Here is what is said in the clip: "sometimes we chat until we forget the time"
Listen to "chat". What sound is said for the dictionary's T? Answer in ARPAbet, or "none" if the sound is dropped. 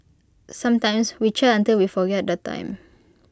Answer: none